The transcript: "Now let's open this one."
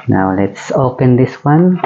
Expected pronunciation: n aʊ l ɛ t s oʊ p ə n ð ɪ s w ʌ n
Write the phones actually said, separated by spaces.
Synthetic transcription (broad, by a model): n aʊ l ɛ t s oʊ p ə n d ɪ s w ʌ n